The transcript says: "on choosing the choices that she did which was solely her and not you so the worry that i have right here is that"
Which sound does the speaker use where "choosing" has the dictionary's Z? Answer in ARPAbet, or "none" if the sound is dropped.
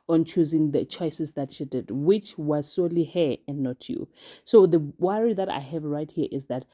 Z